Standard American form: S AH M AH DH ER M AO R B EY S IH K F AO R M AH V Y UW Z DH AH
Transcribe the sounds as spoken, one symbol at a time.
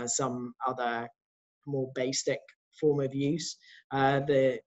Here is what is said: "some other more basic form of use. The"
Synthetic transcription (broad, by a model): S AH M AH DH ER M AO B EY S IH K F AO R M AH V Y UW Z DH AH